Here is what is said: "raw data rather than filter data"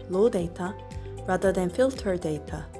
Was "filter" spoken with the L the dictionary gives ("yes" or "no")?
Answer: yes